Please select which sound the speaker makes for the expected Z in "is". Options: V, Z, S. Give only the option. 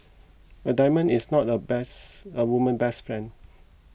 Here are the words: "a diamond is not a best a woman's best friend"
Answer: S